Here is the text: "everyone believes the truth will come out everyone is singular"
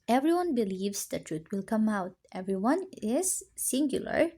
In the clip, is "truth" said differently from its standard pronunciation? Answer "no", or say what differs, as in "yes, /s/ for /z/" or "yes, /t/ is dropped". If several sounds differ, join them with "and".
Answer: yes, /t/ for /θ/